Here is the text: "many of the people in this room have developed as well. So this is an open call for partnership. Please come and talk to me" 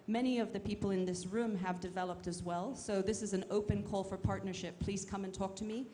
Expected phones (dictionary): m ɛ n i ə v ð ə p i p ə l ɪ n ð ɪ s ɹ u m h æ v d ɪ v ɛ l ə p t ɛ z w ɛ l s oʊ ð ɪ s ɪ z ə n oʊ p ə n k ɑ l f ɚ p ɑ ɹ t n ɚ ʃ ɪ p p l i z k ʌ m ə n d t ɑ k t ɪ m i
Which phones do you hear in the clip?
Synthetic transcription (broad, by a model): m ɛ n i ə v ð ə p i p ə l ɪ n ð ɪ s ɹ u m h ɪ v d ɪ v ɛ l ə p t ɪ z w ɛ l s oʊ ð ɪ s ɪ z ə n oʊ p ə n k ɑ l f ɚ p ɑ ɹ t n ɚ ʃ ɪ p p l i z k ʌ m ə n t ɑ k t ɪ m i